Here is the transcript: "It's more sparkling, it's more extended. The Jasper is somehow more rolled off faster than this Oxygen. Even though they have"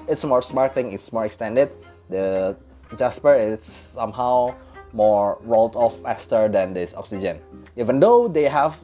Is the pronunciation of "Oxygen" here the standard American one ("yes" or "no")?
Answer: yes